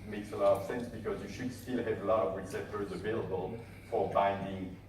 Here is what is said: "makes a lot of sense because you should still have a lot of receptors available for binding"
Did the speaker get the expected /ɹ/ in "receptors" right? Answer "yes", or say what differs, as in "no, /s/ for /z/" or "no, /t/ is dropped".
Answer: no, /w/ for /ɹ/